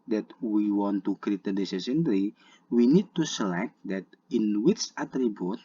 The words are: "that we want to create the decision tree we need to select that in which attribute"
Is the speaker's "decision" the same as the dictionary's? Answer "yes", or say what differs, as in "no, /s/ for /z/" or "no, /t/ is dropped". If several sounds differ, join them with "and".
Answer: no, /s/ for /ʒ/